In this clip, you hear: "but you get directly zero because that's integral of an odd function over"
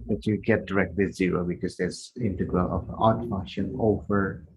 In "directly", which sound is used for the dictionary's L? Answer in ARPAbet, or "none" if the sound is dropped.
W